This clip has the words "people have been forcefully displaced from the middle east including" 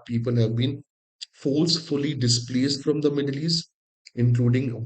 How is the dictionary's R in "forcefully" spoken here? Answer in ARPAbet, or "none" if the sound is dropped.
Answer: L